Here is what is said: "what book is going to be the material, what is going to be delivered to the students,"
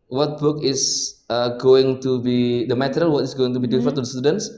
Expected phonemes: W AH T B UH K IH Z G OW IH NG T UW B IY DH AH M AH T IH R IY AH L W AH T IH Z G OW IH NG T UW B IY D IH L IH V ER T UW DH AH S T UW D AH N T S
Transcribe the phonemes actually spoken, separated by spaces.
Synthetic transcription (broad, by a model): W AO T B UH K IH S G OW IH NG T UW B IY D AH M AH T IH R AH L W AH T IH S G OW IH NG T UW B IY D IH IH F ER T UW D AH S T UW D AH N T S